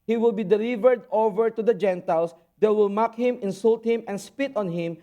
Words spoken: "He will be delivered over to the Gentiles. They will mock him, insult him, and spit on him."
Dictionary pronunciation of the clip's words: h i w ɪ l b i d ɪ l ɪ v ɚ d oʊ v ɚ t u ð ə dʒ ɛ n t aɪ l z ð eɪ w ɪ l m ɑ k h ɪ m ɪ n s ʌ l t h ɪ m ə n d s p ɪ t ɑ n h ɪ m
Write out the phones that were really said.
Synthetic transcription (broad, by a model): h i w ɪ l b i d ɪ l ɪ v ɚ d oʊ v ɚ t u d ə dʒ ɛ n t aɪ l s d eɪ w ɪ l m ɑ k h ɪ m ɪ n s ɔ l t h ɪ m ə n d s p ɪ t ɑ n h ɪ m